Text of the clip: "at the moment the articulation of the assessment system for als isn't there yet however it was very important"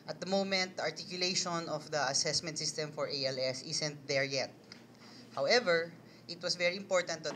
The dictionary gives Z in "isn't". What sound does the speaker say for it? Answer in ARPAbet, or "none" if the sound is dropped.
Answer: S